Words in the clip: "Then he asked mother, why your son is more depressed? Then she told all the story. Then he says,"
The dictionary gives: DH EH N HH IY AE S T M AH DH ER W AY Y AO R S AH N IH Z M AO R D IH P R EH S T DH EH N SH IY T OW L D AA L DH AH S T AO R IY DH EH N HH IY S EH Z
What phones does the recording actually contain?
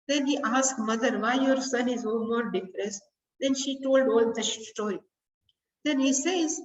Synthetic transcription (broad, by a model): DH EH N HH IY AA S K M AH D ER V AY Y AO R S AH N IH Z M AO R D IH F R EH S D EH N SH IY T OW L D AA L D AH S T AO R IY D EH N HH IY S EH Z